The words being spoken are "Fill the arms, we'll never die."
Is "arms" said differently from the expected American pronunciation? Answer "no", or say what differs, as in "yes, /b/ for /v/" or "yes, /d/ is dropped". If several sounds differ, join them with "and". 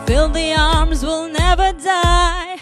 no